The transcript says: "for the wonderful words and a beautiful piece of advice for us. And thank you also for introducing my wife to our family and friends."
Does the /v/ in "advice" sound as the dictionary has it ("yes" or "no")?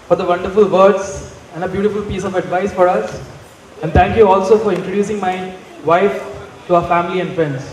yes